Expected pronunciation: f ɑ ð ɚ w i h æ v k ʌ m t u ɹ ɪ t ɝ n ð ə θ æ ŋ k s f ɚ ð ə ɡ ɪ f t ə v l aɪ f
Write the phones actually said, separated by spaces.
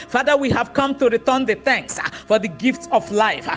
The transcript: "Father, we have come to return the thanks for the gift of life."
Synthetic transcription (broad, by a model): f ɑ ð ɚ w i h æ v k ʌ m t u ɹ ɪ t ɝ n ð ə θ æ ŋ k s f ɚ ð ə ɡ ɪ f t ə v l aɪ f